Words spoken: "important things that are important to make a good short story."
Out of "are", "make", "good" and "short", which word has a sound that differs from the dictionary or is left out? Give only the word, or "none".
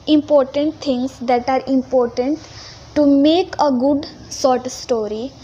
short